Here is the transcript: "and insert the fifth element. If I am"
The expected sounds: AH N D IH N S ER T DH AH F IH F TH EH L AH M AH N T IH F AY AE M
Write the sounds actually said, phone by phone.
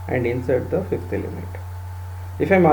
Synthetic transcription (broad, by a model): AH N D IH N S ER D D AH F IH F T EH L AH M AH T IH F AY M